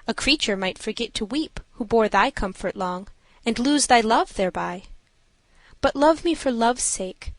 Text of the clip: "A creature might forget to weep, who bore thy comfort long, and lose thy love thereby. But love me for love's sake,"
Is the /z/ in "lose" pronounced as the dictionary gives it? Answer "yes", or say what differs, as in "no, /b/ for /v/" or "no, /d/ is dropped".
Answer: yes